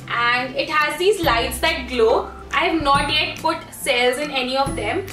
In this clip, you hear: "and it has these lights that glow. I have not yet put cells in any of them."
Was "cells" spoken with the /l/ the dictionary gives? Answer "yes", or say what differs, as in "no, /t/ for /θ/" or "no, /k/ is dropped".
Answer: yes